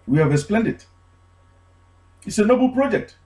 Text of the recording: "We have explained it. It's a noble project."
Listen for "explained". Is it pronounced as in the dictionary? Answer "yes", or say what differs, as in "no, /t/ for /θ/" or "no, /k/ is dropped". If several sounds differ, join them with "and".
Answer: no, /k/ is dropped